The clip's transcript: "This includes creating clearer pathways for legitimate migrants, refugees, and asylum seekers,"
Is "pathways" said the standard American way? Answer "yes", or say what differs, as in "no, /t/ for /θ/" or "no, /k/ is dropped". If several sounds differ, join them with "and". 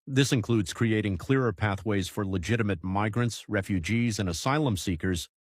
yes